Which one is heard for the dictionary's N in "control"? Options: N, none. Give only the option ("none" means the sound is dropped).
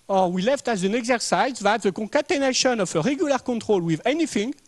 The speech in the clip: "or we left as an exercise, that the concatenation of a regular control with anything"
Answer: none